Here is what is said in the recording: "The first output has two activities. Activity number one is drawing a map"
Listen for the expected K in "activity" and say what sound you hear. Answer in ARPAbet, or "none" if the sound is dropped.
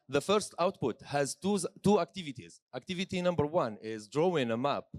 K